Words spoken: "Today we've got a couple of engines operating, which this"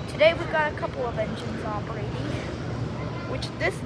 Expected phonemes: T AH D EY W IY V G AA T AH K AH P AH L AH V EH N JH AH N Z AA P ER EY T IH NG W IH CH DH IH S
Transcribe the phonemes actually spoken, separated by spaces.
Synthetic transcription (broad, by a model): T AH D EY W IY V G AA T AH K AH P AH L AH V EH N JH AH N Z AA P ER EY T IH NG W IH CH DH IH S